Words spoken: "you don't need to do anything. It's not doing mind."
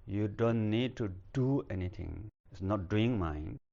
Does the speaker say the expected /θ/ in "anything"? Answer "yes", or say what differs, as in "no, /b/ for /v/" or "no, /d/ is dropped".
no, /t/ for /θ/